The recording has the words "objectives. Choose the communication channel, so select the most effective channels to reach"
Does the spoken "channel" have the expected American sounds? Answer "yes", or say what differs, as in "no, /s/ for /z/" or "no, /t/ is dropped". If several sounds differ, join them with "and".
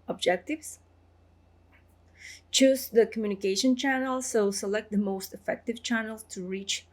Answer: yes